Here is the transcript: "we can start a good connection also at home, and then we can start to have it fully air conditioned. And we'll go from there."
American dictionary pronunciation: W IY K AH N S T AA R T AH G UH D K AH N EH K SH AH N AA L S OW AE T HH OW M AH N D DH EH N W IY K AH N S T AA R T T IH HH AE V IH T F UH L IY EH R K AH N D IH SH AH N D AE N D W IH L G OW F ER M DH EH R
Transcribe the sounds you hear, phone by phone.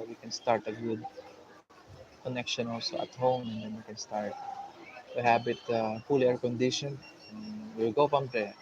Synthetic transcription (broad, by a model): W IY K AH N S T AA R T AH G UH D K AH N EH K SH AH N AA L S OW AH T HH OW M AH N D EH N W IY K AH N S T AA R T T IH HH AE B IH T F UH L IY EH R K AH N D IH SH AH N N W IH L G OW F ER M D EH